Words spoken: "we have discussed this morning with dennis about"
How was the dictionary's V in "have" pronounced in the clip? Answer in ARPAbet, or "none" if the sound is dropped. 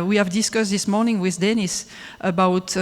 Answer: V